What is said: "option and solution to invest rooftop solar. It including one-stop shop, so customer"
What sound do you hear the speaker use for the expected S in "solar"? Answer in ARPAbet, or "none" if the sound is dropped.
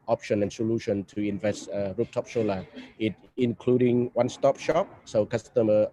SH